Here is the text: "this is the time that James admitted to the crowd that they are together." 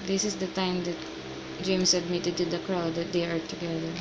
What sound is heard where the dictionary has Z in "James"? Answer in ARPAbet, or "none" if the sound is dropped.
S